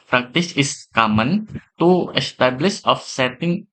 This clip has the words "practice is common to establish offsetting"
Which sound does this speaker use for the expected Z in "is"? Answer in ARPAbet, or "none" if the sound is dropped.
S